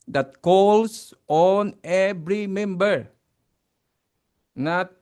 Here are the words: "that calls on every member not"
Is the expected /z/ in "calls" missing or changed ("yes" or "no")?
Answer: yes